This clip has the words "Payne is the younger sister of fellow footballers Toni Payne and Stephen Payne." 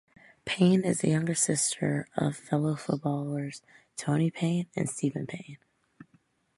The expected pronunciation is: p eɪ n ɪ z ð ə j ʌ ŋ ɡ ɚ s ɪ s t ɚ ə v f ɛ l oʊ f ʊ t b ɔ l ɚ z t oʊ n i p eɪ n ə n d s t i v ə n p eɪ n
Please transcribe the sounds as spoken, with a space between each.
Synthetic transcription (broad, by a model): p eɪ n ɪ z ð ə j ʌ ŋ ɡ ɚ s ɪ s t ɚ ə v f ɛ l oʊ f ʊ t b ɔ l ɚ z t oʊ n i p eɪ n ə n s t i v ə n p eɪ n